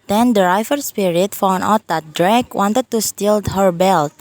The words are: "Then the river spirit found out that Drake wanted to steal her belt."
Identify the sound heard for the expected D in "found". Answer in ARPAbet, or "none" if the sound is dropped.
none